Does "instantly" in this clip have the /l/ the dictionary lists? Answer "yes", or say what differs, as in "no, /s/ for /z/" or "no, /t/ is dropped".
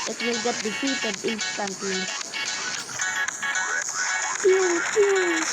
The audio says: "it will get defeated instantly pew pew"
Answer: no, /l/ is dropped